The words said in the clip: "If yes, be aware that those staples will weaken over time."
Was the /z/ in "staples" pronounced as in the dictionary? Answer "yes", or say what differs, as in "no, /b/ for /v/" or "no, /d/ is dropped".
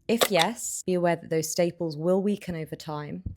yes